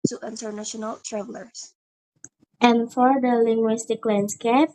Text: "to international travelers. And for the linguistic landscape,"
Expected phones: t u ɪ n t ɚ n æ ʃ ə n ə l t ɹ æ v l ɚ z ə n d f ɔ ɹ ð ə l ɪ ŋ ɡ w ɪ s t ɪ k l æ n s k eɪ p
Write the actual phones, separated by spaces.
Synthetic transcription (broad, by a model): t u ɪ n t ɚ n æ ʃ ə n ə l t ɹ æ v l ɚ s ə n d f ɔ ɹ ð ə l ɪ ŋ ɡ w ɪ s t ɪ k l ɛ n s k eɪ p